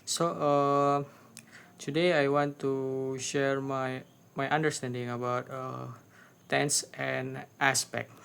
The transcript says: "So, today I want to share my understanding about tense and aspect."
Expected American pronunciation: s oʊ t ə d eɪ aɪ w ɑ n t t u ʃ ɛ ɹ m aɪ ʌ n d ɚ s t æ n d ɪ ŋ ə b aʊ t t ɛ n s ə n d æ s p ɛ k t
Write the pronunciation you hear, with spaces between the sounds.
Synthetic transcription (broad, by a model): s oʊ t ə d eɪ aɪ w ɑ n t t u ʃ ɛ ɹ m aɪ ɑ n d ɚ s t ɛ n d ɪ ŋ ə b aʊ t t ɛ n s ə n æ s p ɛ k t